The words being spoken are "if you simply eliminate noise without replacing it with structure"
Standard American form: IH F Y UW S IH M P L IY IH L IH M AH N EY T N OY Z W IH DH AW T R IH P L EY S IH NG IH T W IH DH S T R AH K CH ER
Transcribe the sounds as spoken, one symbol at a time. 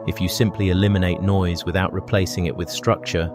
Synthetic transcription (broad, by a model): IH F Y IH S IH M P L IY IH L IH M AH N EY T N OY Z W IH DH AW T R IH P L EY S IH NG IH T W IH DH S T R AH K CH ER